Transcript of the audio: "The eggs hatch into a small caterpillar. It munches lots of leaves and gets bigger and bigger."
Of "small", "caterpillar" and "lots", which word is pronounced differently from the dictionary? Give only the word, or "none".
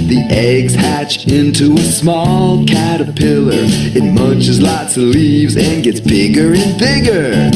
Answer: none